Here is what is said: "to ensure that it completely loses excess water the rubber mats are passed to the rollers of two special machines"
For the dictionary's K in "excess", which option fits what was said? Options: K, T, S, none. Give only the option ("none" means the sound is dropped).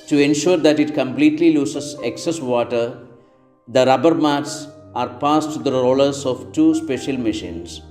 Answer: K